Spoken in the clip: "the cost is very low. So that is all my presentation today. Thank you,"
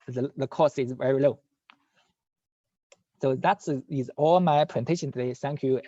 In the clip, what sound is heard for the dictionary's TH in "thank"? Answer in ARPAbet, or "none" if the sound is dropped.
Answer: S